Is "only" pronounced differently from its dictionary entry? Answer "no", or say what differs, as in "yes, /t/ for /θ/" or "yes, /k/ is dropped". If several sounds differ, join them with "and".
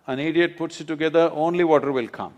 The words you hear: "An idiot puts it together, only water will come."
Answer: no